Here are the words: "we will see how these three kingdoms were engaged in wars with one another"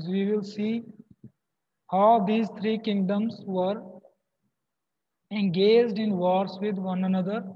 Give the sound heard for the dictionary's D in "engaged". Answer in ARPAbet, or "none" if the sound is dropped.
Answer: D